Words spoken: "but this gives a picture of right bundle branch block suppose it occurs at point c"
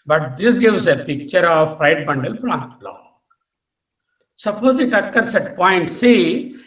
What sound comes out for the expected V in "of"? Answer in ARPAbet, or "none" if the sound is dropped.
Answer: P